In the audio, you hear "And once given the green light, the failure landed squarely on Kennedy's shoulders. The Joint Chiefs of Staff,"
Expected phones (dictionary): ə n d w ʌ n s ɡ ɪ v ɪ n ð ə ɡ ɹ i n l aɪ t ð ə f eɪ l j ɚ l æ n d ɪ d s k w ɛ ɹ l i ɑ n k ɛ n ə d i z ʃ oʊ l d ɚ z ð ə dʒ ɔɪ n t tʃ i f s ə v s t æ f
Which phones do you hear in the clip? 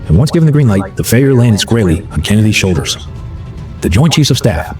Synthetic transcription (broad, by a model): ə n w ʌ n s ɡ ɪ v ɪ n ð ə ɡ ɹ i n l aɪ t ð ə f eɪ j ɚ l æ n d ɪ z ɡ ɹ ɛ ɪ l i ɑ n k ɛ n ə d i z ʃ oʊ l d ɚ z ð ə dʒ ɔɪ n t tʃ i s ə v s t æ f